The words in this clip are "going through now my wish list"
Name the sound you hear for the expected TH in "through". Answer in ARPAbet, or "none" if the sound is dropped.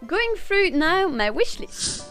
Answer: F